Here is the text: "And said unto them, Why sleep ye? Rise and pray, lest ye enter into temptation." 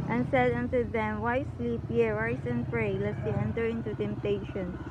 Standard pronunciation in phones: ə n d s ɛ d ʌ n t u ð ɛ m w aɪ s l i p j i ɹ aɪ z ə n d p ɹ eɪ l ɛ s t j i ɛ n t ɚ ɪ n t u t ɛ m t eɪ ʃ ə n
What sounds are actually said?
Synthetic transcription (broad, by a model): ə n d s ɛ d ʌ n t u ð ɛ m w aɪ s l i p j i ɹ aɪ s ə n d p ɹ eɪ l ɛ t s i ɛ n t ɚ ɪ n t u t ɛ m t eɪ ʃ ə n